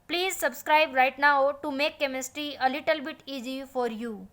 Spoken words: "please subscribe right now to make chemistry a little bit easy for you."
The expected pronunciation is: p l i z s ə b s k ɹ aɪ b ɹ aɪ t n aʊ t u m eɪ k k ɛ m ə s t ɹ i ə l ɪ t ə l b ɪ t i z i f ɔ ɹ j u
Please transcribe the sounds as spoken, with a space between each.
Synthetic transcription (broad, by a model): p l i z s ə b s k ɹ aɪ b ɹ aɪ t n aʊ t u m eɪ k k ɛ m ə s t ɹ i ə l ɪ t ə l b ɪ t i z i f ɔ ɹ j u